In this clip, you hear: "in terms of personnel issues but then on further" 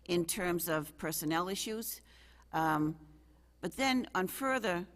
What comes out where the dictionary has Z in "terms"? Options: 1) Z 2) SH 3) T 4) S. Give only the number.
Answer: 1